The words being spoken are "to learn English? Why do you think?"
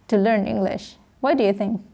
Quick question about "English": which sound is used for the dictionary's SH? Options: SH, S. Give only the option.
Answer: SH